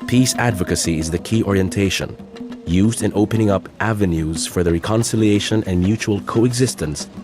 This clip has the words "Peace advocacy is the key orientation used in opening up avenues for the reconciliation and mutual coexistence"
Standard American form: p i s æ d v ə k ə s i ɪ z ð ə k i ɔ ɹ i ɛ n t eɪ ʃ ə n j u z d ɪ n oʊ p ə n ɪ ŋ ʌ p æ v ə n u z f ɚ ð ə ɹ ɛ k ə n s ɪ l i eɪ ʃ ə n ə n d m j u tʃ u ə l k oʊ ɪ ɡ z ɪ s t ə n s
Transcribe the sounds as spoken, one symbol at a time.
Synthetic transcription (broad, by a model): p i s æ d v ə k ə s i ɪ z ð ə k i ɔ ɹ i ɛ n t eɪ ʃ ə n j u z d ɪ n oʊ p ə n ɪ ŋ ʌ p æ v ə n u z f ɚ ð ə ɹ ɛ k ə n s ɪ l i eɪ ʃ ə n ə n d m j u tʃ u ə l k oʊ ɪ ɡ z ɪ s t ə n s